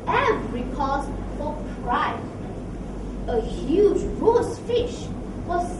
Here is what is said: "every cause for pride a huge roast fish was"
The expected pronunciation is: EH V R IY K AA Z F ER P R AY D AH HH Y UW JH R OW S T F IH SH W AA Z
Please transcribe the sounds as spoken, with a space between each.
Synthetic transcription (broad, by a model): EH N R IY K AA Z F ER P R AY AH HH Y UW JH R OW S F IH SH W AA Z